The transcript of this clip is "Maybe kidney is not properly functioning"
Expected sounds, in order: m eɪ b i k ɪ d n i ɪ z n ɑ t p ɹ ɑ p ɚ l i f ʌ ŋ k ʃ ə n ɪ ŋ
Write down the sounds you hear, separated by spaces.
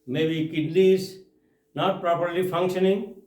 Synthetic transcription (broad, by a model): m eɪ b i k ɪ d l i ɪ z n ɑ t p ɹ ɑ p ɚ l i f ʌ ŋ k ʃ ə n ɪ ŋ